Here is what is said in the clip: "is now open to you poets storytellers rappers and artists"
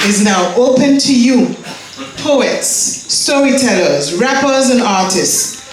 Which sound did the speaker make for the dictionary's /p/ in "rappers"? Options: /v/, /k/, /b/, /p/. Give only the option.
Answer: /p/